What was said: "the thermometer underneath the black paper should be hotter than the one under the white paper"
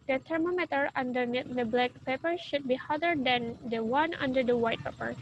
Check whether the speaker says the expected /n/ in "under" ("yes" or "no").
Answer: yes